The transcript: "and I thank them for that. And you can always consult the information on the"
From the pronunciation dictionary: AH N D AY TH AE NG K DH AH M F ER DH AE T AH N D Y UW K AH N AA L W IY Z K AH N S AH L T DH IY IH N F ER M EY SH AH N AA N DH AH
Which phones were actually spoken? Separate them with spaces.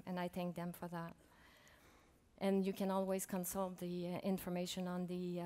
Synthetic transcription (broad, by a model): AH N AY TH AE NG K DH AH M F ER DH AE T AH N Y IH K AH N AA L W IY Z K AH N S AH L T DH IY IH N F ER M EY SH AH N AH N DH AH